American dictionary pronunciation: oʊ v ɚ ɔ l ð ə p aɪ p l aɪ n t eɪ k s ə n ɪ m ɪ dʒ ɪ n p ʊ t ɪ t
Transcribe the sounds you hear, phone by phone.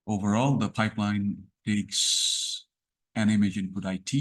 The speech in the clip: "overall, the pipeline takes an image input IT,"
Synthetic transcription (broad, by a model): oʊ v ɚ ɔ l ð ə p aɪ p l aɪ n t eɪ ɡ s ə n ɪ m ɪ dʒ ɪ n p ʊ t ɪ t